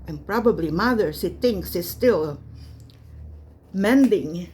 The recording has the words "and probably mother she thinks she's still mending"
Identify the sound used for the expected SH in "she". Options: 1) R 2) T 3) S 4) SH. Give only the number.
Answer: 3